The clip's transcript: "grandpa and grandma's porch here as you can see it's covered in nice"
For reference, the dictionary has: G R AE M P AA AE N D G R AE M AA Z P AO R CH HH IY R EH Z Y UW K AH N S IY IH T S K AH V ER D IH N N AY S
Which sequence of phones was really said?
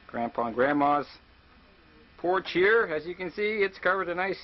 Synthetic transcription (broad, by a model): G R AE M P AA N G R AE M AA Z P AO R CH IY R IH Z Y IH K AH N S IY IH T S K AH V ER D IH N N AY S